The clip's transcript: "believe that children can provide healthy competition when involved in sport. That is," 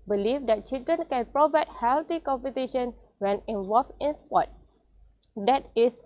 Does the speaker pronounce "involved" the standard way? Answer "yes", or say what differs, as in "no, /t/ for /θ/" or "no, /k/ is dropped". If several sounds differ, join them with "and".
no, /d/ is dropped